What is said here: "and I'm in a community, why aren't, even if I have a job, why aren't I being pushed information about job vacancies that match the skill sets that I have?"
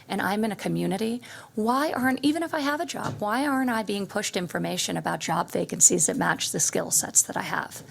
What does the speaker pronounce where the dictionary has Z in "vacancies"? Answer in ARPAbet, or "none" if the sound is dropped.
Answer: Z